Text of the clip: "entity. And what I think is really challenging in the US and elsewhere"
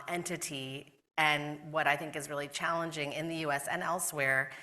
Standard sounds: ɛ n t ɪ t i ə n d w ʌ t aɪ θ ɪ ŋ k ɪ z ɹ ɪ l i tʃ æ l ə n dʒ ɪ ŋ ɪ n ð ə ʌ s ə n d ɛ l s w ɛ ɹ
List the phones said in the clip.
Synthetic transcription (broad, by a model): ɛ n t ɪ t i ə n w ʌ t aɪ θ ɪ ŋ k ɪ z ɹ ɪ l i tʃ æ l ə n dʒ ɪ ŋ ɪ n ð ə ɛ s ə n ɛ l s w ɛ ɹ